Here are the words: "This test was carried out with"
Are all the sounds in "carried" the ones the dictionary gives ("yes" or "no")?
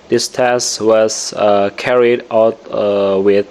yes